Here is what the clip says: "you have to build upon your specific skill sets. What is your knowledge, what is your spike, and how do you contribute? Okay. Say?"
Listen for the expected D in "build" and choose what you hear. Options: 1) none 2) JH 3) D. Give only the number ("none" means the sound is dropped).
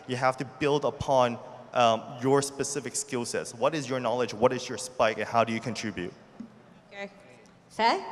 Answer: 3